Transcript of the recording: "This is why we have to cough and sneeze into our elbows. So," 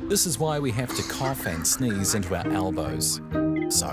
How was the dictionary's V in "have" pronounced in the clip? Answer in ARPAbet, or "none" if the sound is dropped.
F